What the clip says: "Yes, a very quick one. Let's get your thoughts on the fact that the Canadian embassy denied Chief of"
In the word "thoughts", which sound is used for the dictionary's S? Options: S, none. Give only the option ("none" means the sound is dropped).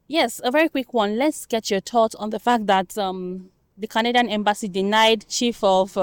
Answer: none